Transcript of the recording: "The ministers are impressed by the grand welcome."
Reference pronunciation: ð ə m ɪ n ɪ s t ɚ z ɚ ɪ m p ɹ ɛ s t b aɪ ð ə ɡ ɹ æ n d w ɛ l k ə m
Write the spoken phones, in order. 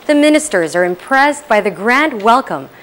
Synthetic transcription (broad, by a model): ð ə m ɪ n ɪ s t ɚ z ɚ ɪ m p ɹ ɛ s b aɪ ð ə ɡ ɹ æ n d w ɛ l k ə m